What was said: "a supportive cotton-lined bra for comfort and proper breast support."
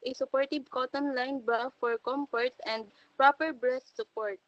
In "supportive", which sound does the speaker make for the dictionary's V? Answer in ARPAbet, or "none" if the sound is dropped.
B